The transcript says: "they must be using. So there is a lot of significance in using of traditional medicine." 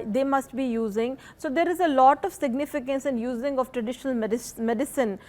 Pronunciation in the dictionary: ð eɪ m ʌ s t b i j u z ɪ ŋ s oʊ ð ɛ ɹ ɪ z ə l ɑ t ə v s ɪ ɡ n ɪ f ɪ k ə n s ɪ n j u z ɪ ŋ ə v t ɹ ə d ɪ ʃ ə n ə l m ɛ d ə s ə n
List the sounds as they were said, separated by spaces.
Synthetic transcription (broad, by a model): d eɪ m ʌ s t b i j u z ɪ ŋ s oʊ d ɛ ɹ ɪ z ə l ɑ t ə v s ɪ ɡ n ɪ f ɪ k ə n s ɪ n j u z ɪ ŋ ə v t ɹ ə d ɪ ʃ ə n ə l m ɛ d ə s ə n